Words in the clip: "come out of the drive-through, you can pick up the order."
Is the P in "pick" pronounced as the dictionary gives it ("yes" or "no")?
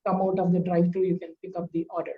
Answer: yes